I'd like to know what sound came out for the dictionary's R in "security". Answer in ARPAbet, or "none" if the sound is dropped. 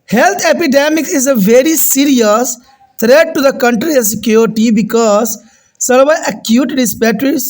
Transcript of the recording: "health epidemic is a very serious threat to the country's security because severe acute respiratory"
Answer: none